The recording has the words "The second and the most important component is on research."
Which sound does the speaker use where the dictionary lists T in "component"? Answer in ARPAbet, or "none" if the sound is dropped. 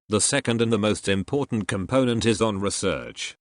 T